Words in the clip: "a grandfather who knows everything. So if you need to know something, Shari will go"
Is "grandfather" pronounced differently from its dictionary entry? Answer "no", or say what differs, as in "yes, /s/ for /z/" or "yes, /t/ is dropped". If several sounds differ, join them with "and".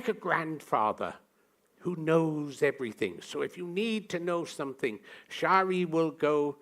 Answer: no